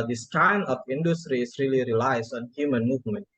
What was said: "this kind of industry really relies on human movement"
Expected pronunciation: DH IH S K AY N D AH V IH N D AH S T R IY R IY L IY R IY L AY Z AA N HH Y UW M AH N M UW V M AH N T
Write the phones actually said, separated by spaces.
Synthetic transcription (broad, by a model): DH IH S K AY N AH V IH N D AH S T R IY R IY L IY R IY L AY S AA N HH Y UW M AH N M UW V M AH N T